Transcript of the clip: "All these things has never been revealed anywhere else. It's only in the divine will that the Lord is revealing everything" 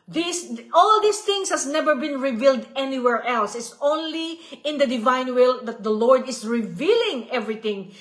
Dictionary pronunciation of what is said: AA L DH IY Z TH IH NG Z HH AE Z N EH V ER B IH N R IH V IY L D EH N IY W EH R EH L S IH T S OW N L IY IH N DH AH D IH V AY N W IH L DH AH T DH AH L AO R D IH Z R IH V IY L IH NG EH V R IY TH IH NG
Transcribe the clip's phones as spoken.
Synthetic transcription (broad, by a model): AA L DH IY S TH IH NG S HH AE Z N EH V ER B IH N R IH V IY L D EH N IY W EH R EH L S IH T S OW N L IY IH N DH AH D IH V AY N W IH L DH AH T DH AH L AO R D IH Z R IH V IY L IH NG EH V R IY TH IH NG